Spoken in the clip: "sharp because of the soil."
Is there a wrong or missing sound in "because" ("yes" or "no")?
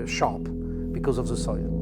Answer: no